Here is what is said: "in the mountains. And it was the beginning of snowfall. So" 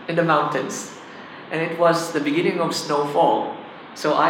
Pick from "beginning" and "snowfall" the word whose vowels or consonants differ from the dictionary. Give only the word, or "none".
none